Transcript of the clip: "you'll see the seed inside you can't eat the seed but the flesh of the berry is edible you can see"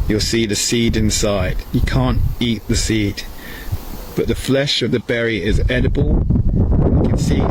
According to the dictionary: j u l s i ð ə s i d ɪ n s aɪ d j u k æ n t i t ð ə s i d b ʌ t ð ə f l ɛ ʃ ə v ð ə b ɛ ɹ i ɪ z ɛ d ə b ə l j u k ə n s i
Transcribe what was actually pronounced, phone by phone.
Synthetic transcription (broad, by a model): j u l s i ð ə s i d ɪ n s aɪ d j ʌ k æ n t i t ð ə s i d b ʌ t ð ə f l ɛ ʃ ə v ð ə b ɛ ɹ i ɪ z ɛ d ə b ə l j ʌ k ə n s i